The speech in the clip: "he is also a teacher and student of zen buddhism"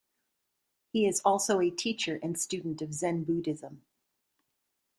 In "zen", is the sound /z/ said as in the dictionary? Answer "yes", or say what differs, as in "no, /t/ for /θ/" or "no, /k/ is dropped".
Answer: yes